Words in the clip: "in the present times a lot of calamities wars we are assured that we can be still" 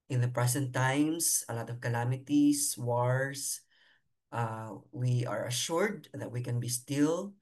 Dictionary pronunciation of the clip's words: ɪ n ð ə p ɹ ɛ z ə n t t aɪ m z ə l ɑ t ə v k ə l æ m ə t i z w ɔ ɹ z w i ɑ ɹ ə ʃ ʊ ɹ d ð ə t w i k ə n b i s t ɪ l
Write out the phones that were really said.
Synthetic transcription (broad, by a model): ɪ n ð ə p ɹ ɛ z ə n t t aɪ m s ə l ɑ t ə v k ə l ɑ m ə t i s w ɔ ɹ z w i ɑ ɹ ə ʃ ʊ ɹ d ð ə t w i k ə n b i s t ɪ l